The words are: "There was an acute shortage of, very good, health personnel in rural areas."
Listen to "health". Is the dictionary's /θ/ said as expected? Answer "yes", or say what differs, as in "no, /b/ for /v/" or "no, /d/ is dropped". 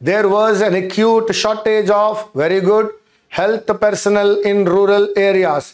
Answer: no, /t/ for /θ/